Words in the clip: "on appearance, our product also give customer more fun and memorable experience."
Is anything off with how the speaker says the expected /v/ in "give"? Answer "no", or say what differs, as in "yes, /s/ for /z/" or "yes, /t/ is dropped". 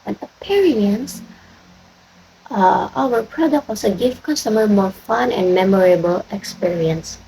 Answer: yes, /f/ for /v/